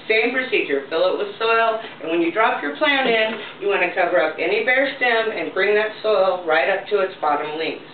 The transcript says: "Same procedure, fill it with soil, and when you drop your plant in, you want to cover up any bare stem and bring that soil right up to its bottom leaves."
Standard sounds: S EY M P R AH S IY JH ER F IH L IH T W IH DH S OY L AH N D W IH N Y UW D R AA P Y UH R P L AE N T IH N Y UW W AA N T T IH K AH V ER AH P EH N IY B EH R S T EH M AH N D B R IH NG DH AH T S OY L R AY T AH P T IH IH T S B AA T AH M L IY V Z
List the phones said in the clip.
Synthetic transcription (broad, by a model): S EY M P R AH S IY JH ER F IH L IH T W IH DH S OY L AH N W IH N Y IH D R AA P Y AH R P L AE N IH N Y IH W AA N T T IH K AH V ER AH P EH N IY B EH R S T EH M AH N B R IH NG DH AH T S OY L R AY T AH P T IH IH T S B AA T AH M L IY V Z